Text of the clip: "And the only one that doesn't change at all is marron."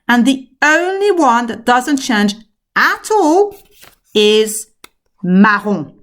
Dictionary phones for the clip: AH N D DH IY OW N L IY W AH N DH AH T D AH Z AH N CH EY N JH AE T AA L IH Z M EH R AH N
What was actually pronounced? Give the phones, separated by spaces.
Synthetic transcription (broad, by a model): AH N DH IY OW N L IY W AH N DH AH T D AH Z AH N CH EY N JH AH T AA L IH Z M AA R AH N